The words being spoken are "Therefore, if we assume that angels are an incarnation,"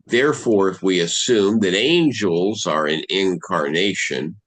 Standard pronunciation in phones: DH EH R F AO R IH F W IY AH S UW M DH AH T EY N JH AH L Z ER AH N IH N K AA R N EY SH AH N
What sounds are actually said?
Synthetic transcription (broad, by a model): DH EH R F AO R IH F W IY AH S UW M DH AH T EY N JH AH L Z ER AH N IH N K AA R N EY SH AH N